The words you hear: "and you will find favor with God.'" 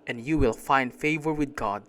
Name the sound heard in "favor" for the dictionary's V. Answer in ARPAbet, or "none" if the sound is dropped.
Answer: V